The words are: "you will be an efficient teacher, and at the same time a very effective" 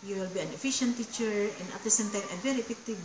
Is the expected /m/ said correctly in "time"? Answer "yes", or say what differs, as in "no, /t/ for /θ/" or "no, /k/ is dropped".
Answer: no, /m/ is dropped